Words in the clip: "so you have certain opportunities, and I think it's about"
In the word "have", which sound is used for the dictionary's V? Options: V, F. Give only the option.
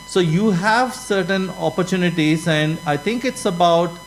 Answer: V